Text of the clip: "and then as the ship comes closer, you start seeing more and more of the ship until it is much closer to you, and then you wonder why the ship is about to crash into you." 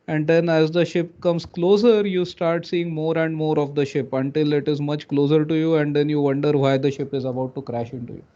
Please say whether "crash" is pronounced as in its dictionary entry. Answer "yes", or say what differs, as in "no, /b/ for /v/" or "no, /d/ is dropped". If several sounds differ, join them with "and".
yes